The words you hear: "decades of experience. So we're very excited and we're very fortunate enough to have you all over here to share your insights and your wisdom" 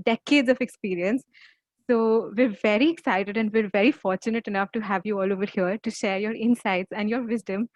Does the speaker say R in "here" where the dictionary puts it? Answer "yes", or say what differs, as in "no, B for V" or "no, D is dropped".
yes